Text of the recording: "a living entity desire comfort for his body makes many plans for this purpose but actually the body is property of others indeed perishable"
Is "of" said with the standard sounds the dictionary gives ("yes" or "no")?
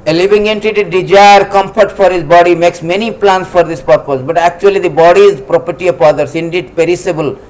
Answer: no